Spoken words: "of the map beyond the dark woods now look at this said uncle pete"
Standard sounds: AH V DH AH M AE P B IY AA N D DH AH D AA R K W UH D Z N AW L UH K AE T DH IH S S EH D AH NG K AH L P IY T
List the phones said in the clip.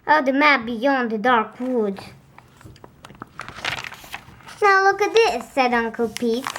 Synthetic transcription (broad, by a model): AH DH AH M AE B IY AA N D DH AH D AA R K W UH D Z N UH L UH K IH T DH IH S S EH D AH NG K AH L P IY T